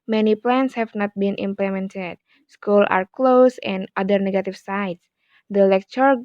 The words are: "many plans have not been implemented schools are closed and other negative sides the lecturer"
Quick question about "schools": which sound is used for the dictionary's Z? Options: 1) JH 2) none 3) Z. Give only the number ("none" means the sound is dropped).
2